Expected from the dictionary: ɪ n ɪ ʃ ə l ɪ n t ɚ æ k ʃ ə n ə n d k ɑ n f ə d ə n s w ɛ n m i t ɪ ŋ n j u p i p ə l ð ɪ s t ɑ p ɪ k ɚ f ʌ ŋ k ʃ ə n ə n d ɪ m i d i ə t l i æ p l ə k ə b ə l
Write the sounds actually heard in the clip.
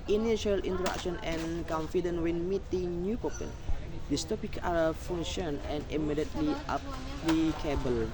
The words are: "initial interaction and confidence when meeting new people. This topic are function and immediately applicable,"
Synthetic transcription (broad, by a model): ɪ n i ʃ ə l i n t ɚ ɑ k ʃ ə n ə n k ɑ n f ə d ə n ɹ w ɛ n m i t ɪ ŋ n j u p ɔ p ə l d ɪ s t ɑ p ɪ k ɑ f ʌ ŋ ʃ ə n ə n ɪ m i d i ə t l i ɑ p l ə k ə b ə l